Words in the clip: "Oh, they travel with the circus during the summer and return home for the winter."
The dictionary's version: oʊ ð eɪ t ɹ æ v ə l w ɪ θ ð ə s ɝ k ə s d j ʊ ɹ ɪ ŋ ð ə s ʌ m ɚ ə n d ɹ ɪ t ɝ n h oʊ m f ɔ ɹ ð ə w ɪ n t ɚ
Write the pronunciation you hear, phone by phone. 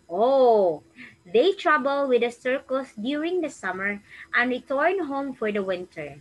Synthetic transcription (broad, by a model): oʊ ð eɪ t ɹ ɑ b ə l w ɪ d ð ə s ɝ k ə s d j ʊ ɹ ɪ ŋ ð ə s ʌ m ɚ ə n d ɹ ɪ t ɝ n h oʊ m f ɔ ɹ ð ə w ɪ n t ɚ